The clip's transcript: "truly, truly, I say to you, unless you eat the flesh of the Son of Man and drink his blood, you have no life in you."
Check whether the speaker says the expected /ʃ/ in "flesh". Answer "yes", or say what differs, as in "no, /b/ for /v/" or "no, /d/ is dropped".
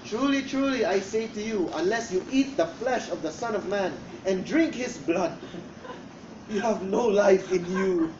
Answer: yes